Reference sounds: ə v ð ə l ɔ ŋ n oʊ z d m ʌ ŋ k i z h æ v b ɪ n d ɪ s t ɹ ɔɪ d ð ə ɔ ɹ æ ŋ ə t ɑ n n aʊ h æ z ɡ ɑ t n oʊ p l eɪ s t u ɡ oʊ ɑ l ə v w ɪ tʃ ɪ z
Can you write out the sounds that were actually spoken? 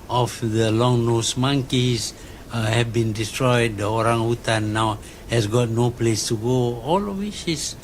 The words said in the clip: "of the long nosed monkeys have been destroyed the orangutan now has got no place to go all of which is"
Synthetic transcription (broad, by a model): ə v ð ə l ɔ ŋ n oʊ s m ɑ ŋ k i s h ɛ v b ɪ n d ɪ s t ɹ ɔɪ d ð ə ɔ ɹ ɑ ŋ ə t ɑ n n aʊ h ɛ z ɡ ɑ t n oʊ p l eɪ s t u ɡ oʊ ɑ l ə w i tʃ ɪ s